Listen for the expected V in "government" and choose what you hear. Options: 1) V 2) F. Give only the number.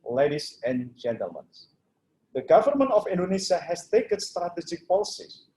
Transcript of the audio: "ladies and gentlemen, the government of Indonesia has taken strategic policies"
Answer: 1